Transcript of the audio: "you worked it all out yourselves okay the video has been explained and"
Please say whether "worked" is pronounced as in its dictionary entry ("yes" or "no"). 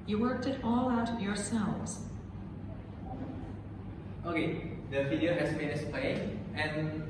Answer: yes